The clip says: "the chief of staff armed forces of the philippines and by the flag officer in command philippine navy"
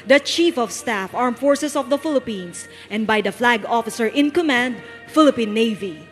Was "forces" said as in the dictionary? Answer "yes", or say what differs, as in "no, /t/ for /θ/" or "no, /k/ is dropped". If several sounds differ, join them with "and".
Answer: no, /s/ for /z/